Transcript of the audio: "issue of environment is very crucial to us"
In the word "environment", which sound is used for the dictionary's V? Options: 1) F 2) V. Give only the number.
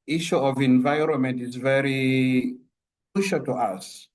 2